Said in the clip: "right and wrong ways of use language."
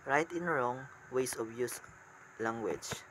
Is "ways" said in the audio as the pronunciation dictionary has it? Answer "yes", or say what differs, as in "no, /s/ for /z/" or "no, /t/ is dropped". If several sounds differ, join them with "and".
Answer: no, /s/ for /z/